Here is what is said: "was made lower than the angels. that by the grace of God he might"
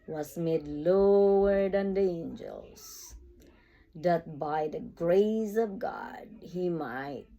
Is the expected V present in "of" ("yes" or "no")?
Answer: yes